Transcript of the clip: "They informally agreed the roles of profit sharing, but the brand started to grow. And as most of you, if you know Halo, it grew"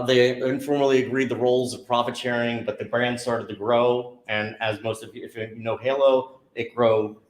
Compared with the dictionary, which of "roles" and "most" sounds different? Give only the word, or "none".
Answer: none